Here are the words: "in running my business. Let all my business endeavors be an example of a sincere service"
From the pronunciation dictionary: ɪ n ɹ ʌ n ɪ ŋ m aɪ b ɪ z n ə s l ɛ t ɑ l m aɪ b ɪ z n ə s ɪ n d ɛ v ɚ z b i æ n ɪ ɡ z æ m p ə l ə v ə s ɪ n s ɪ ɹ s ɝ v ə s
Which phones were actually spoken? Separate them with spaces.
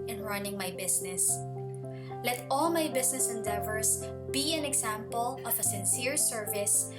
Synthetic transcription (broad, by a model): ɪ n ɹ ʌ n ɪ ŋ m aɪ b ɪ s n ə s l ɛ t ɑ l m aɪ b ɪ s n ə s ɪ n d ɛ v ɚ s b i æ n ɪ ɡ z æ m p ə l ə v ə s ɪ n s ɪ ɹ s ɝ v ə s